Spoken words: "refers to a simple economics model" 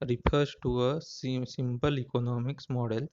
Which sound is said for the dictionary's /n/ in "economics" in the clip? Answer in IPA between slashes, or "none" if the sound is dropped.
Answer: /n/